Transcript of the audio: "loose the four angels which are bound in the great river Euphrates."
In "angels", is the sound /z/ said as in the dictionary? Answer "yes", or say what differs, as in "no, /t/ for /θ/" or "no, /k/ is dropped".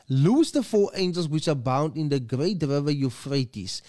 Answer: no, /s/ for /z/